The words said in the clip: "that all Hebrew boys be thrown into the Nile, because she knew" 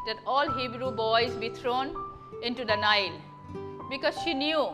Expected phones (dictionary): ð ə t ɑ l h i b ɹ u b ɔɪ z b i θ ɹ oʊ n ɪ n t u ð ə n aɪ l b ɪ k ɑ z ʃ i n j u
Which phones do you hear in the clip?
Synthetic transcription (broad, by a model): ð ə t ɑ l h i b ɹ u b ɔɪ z b i t ɹ oʊ n ɪ n t u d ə n aɪ l b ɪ k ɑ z ʃ i n j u